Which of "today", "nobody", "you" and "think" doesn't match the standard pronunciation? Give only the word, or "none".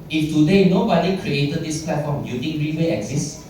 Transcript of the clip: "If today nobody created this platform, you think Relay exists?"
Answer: think